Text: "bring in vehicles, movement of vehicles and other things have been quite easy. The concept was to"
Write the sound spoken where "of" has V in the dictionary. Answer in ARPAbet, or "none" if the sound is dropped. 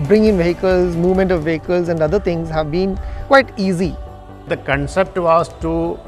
V